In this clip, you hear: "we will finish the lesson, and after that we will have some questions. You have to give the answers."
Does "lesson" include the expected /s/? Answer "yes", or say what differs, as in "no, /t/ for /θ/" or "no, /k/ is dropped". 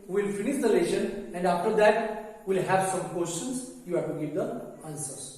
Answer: no, /ʃ/ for /s/